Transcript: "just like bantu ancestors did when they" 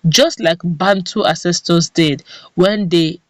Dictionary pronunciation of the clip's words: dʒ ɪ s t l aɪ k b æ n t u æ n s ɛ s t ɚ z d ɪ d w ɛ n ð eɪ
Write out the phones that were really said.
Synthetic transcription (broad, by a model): dʒ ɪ s t l aɪ k b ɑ n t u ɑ s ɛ s t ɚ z d ɪ d w ɛ n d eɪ